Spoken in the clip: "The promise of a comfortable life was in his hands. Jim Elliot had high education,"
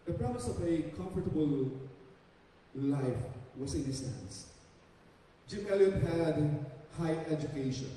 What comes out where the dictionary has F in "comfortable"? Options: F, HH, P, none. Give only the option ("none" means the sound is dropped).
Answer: F